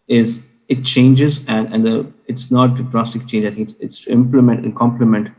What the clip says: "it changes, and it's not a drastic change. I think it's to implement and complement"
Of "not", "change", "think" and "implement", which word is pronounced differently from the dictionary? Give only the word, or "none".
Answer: think